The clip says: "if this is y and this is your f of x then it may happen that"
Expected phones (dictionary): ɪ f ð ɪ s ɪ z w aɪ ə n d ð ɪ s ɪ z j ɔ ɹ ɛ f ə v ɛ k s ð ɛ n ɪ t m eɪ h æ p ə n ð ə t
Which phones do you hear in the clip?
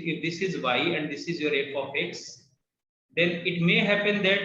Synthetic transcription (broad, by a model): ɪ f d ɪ s ɪ z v aɪ ə n d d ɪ s ɪ z j ɔ ɹ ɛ p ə f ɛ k s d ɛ n ɪ t m eɪ h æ p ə n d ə t